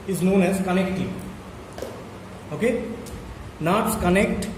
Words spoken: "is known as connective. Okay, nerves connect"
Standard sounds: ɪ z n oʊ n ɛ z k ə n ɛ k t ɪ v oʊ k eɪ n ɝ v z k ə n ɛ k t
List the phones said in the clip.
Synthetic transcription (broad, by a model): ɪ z n oʊ n ɛ z k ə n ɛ k t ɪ oʊ k eɪ n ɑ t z k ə n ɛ k t